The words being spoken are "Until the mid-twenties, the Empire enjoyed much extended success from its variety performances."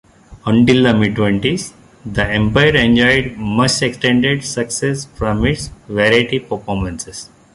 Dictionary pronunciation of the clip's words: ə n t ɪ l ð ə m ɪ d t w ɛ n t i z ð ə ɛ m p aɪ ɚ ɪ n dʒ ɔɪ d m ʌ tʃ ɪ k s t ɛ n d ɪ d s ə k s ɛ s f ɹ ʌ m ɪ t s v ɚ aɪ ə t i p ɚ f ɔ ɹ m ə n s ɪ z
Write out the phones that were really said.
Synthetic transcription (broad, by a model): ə n t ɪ l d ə m ɪ d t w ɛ n t i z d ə ɛ m p aɪ ɚ ɪ n dʒ ɔɪ d m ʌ s ɪ k s t ɛ n d ɪ d s ə k s ɛ s f ɹ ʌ m ɪ t s v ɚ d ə t i p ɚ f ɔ ɹ m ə n s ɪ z